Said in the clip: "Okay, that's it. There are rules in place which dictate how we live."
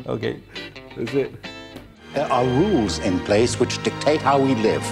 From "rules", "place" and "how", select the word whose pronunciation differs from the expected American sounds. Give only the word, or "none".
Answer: none